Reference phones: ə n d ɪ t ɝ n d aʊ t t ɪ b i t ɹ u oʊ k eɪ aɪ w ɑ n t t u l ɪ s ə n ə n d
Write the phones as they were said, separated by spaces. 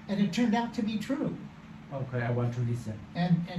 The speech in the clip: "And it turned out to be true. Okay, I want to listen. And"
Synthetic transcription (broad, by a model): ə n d ɪ t ɝ n d aʊ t t ɪ b i t ɹ u oʊ k eɪ aɪ w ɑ n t t u l ɪ s ə n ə n